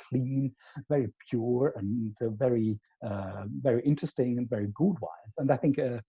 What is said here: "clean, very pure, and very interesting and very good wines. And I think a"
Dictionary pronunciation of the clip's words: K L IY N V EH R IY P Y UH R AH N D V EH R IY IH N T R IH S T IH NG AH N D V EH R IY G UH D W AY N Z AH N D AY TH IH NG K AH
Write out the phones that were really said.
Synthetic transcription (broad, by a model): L IY N V EH R IY P Y UH R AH N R V EH R IY IH N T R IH S T IH NG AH N V EH R IY G UH D W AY Z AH N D AY TH IH NG K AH